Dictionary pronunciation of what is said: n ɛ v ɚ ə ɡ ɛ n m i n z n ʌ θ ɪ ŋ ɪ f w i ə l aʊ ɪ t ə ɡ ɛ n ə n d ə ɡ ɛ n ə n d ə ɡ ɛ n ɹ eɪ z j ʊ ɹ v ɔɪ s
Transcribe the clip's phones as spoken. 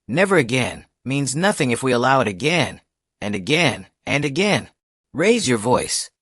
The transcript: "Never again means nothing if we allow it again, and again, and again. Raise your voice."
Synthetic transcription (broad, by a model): n ɛ v ɚ ə ɡ ɛ n m i n z n ʌ θ ɪ ŋ ɪ f w i ə l aʊ ɪ t ə ɡ ɛ n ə n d ə ɡ ɛ n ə n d ə ɡ ɛ n ɹ eɪ z j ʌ ɹ v ɔɪ s